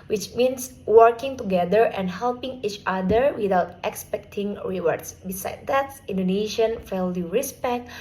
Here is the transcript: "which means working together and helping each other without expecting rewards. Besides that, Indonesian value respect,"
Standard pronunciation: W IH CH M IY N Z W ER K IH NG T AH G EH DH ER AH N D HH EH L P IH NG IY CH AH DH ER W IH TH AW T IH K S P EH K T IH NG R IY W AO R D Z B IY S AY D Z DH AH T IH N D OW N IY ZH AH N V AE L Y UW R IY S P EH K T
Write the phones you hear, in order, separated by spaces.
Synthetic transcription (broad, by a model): W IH CH M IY N S W ER K IH NG T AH G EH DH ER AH N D HH EH L P IH NG IY CH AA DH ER W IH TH AW T IH K S P EH K T IH NG R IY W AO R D S B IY S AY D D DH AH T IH N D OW N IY SH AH N F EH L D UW R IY S P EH K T